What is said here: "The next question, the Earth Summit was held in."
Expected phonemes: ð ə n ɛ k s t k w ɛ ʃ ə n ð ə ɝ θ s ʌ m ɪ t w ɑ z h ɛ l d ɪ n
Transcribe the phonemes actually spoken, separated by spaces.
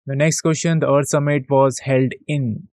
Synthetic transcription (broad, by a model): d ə n ɛ k s t k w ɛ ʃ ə n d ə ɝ t s ʌ m ɪ t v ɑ z h ɛ l d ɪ n